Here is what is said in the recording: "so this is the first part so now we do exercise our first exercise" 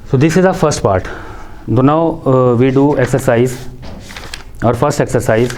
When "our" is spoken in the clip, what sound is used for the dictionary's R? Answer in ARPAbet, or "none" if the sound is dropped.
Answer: R